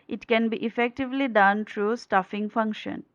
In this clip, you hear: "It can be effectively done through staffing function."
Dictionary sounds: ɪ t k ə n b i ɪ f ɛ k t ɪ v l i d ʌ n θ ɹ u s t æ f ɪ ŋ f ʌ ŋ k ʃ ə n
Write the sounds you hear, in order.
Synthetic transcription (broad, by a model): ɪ t k ə n b i ɪ f ɛ k t ɪ v l i d ʌ n t ɹ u s t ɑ f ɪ ŋ f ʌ ŋ k ʃ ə n